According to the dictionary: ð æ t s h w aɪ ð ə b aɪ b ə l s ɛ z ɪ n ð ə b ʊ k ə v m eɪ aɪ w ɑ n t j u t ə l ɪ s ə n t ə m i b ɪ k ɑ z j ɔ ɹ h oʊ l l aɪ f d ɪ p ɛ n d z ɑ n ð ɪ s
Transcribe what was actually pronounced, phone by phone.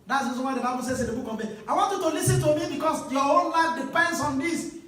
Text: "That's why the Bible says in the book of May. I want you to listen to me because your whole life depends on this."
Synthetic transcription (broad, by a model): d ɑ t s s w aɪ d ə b aɪ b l s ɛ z ɪ n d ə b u k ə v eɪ aɪ w ɑ n t j u t ə l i s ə n t ə m i b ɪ k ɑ s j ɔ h oʊ n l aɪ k d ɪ p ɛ n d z ɑ n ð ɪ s